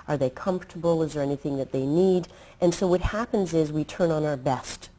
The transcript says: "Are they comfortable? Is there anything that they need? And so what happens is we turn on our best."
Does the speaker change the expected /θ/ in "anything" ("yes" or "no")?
no